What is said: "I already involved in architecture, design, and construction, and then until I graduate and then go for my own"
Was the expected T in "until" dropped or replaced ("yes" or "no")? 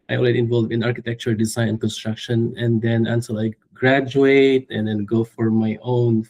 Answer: yes